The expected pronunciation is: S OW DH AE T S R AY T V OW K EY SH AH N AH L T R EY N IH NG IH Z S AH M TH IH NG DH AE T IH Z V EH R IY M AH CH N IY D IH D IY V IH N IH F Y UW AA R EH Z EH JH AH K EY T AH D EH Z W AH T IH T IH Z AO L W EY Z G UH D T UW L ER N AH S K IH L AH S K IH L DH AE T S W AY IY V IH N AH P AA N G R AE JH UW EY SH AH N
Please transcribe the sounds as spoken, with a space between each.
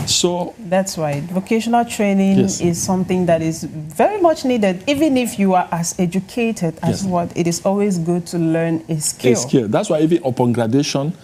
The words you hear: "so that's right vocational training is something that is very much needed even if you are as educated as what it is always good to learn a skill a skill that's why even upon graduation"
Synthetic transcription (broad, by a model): S OW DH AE T S W AY V OW K EY SH AH N AH L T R EY N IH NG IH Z S AH M TH IH NG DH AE T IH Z V EH R IY M AH CH N IY D IH D IY V IH N IH F Y UW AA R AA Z EH JH AH K EY T AH D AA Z W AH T IH T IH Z AO L W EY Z G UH D T UW L ER N AH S K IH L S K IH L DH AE T S W AY IY V IH N AH P AA N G R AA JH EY SH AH N